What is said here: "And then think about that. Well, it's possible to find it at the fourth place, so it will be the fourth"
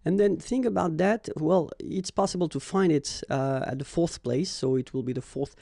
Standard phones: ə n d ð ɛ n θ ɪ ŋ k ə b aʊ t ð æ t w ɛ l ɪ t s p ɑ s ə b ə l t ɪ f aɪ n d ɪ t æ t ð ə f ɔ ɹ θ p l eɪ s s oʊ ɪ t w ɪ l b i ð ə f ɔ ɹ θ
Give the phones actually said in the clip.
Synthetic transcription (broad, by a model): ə n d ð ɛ n θ ɪ ŋ k ə b aʊ t ð æ t w ɛ l ɪ t s p ɑ s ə b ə l t ɪ f aɪ n d ɪ t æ t ð ə f ɔ ɹ θ p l eɪ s s oʊ ɪ t w ɪ l b i ð ə f ɔ ɹ θ